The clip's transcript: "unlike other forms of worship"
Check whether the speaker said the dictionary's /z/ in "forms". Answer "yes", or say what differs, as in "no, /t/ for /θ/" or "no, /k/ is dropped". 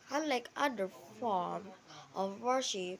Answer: no, /z/ is dropped